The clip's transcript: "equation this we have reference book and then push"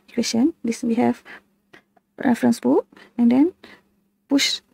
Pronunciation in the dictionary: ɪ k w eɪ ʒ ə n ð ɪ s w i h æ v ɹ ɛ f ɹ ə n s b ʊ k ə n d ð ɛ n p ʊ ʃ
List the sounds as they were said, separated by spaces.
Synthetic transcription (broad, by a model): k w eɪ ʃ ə n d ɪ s w i h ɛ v ɹ ɛ f ɹ ə n s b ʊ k ə n d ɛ n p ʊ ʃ